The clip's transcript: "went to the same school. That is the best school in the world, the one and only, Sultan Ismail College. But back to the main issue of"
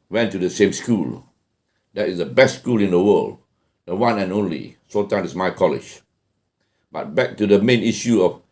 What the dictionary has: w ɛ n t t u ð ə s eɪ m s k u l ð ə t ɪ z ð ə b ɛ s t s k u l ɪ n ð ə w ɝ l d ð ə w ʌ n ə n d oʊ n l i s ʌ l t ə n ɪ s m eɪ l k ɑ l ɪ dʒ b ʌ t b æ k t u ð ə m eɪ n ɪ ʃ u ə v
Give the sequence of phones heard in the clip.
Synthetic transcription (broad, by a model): w ɛ n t t u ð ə s eɪ m s k u l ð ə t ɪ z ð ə b ɛ s t s k u l ɪ n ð ə w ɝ l d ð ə w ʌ n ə n oʊ n l i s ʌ t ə ɪ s m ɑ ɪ k ɑ l ɪ dʒ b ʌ t b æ k t u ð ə m eɪ n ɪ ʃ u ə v